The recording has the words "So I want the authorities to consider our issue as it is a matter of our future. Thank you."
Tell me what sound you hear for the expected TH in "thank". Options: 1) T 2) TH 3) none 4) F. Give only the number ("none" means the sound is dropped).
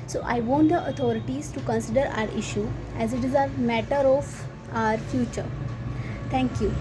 1